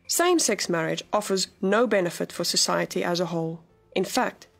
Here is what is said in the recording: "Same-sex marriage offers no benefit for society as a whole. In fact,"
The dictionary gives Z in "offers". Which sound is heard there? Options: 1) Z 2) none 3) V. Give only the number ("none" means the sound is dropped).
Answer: 1